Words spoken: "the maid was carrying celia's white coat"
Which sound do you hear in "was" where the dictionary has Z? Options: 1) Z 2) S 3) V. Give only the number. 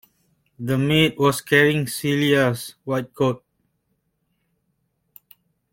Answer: 2